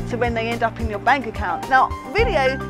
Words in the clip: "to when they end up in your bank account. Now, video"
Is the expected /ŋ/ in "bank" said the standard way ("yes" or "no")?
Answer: yes